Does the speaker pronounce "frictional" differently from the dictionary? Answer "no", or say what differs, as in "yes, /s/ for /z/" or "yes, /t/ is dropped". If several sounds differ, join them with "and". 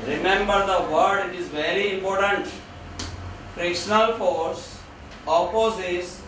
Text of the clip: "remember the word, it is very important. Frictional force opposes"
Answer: no